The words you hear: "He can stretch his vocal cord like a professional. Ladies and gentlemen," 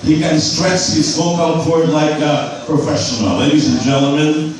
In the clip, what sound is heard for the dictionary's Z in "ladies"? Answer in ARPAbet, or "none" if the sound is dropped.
Z